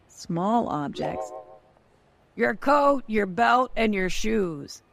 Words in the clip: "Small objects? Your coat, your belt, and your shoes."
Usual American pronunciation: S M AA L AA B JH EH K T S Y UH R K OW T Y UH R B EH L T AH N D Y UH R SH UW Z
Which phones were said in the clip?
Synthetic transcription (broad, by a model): S M AA L AA B JH EH K T S Y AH R K OW T Y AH R B EH L T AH N Y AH R SH UW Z